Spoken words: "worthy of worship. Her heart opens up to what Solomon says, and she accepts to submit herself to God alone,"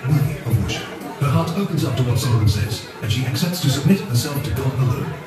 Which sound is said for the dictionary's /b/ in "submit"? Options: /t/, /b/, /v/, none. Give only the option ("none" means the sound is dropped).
/b/